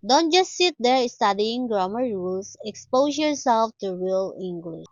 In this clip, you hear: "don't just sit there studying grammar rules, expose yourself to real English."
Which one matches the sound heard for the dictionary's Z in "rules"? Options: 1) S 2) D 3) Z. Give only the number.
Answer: 1